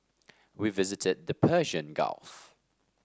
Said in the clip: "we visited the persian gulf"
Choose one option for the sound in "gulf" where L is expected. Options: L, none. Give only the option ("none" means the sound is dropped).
L